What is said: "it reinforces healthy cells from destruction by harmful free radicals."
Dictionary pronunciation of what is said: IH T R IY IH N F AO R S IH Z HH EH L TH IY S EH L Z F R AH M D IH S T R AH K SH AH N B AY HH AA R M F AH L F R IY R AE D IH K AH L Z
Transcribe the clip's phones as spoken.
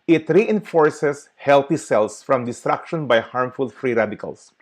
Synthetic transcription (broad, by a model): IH T R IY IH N F AO R S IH S HH EH L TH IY S EH L S F R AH M D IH S T R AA K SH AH N B AY HH AA R M F AH L F R IY R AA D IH K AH L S